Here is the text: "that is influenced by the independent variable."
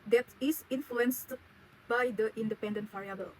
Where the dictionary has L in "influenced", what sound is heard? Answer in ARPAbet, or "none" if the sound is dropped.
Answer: L